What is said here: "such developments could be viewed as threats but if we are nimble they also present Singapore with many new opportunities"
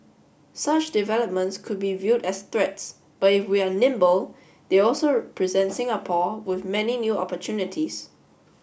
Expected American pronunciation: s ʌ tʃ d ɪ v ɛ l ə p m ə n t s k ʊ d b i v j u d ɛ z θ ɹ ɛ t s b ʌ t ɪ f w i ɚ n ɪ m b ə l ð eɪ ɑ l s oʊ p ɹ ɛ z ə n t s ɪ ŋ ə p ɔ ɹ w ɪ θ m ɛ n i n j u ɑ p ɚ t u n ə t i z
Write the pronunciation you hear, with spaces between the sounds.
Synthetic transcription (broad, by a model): s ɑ tʃ d ɪ v ɛ l ə p m ə n t s k ʊ d b i v j u d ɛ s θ ɹ ɛ t s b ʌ t ɪ f w i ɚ n ɪ m b ə l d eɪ ɑ l s oʊ p ɹ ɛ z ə n t s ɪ ŋ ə p ɔ w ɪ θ m ɛ n i n j u ɑ p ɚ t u n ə t i s